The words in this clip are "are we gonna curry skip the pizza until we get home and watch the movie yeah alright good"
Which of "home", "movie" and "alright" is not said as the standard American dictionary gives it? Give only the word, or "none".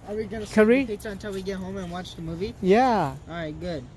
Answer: alright